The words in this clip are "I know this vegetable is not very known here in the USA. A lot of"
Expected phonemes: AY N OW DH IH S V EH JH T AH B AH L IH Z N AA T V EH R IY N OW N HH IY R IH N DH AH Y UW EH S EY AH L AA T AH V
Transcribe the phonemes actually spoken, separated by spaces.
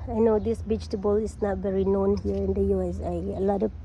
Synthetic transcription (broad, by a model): AY N OW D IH S B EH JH T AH B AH L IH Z N AA T V EH R IY N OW N HH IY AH IH N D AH Y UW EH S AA AH L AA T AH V